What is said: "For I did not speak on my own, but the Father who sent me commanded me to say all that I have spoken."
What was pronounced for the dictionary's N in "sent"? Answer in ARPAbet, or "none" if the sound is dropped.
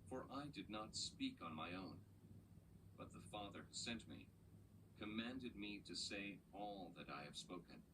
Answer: N